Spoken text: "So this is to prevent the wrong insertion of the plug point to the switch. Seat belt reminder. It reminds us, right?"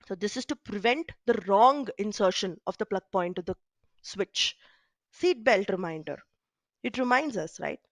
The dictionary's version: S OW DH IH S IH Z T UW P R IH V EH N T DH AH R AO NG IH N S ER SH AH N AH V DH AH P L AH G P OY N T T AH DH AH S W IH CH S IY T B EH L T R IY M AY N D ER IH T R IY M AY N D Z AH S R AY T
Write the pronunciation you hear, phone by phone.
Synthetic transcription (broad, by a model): S OW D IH S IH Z T UW P R IH V EH N T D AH R AO NG IH N S ER SH AH N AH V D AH P L AH G P OY N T T AH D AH S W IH CH S IY T B EH L T R IY M AY N D ER IH T R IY M AY N D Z AH S R AY T